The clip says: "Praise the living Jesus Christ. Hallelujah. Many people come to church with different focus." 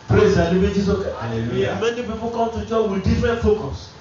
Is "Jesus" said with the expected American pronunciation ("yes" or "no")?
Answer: no